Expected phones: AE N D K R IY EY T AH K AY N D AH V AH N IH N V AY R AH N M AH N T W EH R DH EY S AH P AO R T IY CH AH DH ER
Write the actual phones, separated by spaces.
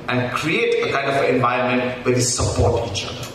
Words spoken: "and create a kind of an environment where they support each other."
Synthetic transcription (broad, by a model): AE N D K R IY EY T AH K AY N D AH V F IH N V AY AH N M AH N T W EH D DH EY S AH P AO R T IY CH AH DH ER